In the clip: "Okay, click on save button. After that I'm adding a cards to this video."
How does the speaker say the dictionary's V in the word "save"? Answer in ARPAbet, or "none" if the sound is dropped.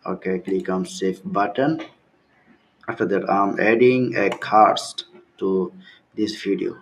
F